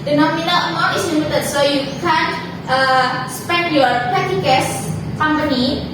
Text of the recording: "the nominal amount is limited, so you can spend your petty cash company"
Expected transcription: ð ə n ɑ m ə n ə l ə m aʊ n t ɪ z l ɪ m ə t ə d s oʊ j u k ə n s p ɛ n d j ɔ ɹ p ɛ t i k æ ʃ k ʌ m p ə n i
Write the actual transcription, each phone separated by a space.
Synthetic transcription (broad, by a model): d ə n ɑ m ə n ə l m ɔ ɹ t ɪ s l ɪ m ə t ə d s oʊ j u k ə n s p ɛ n d j ɔ ɹ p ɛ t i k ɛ s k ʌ m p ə n i